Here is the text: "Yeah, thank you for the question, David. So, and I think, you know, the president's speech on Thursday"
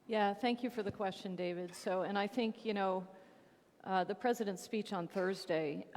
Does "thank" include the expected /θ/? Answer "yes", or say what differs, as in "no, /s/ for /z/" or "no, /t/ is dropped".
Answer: yes